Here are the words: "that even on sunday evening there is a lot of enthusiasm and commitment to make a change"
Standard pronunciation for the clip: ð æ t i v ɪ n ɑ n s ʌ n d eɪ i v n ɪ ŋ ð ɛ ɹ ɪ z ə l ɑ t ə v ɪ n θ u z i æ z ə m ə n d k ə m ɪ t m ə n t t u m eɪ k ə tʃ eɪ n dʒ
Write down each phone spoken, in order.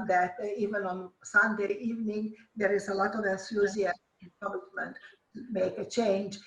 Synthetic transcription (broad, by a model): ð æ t i v ɪ n ɑ n s ʌ n d eɪ i v n ɪ ŋ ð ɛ ɹ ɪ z ə l ɑ t ə v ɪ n s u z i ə ə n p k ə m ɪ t m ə n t t u m eɪ k ə tʃ eɪ n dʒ